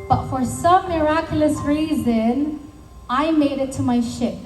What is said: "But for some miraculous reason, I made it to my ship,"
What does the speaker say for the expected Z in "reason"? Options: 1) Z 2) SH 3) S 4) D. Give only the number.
1